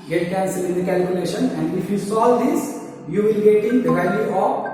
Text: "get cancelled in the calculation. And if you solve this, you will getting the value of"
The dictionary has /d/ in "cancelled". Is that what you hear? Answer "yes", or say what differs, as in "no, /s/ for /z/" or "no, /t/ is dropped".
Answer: no, /d/ is dropped